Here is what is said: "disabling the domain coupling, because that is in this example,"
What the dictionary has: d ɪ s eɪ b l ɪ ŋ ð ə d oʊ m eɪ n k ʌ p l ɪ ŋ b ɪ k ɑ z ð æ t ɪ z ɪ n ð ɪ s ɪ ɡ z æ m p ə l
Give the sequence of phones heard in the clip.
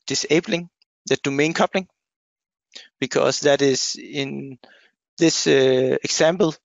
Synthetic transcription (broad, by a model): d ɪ s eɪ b l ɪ ŋ ð ə d oʊ m eɪ n k ʌ p l ɪ ŋ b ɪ k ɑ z ð æ t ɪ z ɪ n ð ɪ s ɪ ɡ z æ m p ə l